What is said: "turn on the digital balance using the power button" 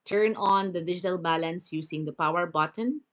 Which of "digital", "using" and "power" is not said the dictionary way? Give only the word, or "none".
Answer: using